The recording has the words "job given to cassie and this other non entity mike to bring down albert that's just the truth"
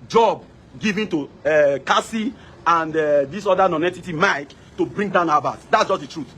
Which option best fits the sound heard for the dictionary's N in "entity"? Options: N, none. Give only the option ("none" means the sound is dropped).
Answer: none